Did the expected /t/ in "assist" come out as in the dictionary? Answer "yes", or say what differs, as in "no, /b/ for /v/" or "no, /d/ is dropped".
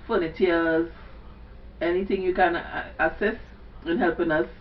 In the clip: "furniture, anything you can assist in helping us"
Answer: no, /t/ is dropped